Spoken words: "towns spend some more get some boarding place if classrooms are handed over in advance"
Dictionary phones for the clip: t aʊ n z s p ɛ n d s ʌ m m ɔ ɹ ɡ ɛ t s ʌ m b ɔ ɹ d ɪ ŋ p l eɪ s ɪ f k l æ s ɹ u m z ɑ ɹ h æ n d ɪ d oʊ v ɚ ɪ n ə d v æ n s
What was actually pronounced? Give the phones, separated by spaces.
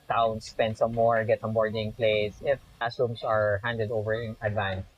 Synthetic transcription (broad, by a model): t aʊ n s p ɛ n d s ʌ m m ɔ ɹ ɡ ɛ t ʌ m b ɔ ɹ d ɪ ŋ p l eɪ s ɪ f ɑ s u m s ɑ ɹ h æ n d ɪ d oʊ v ɚ ɪ n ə d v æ n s